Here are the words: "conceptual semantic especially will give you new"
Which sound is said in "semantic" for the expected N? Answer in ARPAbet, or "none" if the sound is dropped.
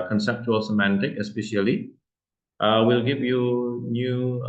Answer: N